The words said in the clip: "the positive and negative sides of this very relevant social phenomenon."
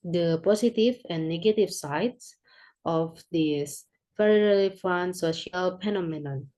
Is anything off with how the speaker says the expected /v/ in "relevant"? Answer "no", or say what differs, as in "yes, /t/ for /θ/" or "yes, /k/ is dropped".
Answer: yes, /f/ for /v/